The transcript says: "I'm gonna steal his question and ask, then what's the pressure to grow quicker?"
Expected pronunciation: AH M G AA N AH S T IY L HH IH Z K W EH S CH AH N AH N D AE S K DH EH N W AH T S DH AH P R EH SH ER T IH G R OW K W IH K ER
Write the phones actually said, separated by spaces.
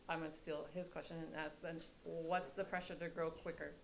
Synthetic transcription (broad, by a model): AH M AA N S T IY L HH IH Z K W EH S CH AH N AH N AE S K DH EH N W AH T S DH AH P R EH SH ER T IH G R OW K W IH K ER